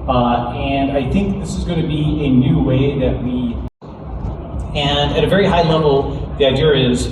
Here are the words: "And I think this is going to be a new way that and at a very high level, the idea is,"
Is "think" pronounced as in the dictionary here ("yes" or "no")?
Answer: yes